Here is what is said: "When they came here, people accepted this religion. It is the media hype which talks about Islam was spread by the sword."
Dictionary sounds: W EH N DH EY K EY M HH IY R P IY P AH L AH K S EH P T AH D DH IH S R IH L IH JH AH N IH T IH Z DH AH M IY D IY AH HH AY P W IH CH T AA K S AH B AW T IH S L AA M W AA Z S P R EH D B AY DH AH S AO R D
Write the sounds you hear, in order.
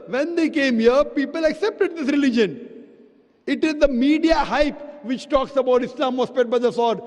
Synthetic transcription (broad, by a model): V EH N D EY K EY M HH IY R P IY P AH L AH K S EH P T AH D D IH S R IH L IH JH AH N IH T IH Z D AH M IY D IY AH HH AY P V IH CH T AA K S AH B AW T IH S L AA M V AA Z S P EH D B AY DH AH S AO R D